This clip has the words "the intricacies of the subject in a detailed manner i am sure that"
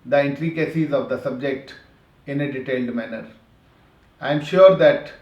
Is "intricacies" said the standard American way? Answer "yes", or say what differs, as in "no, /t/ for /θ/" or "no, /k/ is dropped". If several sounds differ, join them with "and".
yes